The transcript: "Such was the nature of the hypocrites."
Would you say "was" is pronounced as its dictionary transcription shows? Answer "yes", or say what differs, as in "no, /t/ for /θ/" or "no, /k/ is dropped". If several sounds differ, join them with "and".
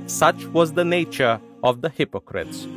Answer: yes